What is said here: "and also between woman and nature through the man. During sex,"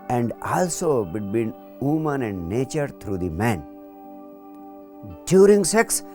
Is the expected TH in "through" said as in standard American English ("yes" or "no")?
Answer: no